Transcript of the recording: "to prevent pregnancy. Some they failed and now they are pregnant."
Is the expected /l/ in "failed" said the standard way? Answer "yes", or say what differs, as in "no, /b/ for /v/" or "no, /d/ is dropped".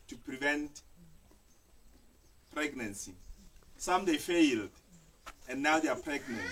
yes